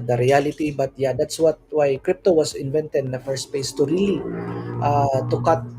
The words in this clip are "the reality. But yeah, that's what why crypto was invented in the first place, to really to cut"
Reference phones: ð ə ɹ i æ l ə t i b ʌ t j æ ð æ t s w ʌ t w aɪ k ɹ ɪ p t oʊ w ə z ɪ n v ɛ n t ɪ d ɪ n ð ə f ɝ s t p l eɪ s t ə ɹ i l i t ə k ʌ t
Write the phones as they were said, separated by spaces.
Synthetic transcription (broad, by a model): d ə ɹ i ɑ l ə t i b ʌ t j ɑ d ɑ t s w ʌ t w aɪ k ɹ ɪ p t oʊ w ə s ɪ n v ɛ n t ɪ d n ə f ɝ s t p eɪ s t ə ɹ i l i t ə k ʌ t